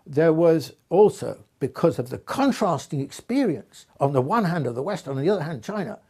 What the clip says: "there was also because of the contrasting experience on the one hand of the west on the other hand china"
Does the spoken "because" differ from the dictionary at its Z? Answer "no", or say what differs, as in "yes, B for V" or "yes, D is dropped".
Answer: no